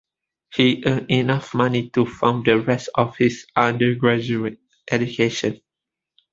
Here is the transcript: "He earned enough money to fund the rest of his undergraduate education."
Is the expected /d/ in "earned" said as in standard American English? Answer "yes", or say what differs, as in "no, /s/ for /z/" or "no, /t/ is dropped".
no, /d/ is dropped